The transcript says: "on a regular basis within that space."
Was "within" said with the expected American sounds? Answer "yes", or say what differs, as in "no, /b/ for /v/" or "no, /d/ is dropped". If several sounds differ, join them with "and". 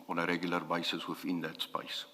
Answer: no, /f/ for /θ/